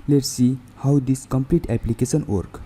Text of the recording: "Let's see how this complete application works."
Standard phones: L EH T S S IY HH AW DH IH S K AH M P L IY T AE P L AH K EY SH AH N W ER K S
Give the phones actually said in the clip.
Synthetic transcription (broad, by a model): L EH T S S IY HH AW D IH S K AH M P L IY T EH P L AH K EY S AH N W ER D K